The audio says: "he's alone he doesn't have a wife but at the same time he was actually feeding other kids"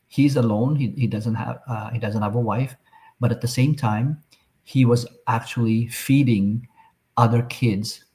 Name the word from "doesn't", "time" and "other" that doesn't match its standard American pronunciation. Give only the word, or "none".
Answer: none